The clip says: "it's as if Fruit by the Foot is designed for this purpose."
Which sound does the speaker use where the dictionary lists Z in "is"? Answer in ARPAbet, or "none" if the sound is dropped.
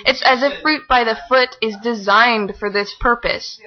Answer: Z